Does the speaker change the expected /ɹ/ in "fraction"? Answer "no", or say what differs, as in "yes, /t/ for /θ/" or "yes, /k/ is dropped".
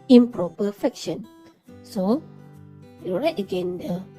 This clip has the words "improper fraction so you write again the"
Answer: yes, /ɹ/ is dropped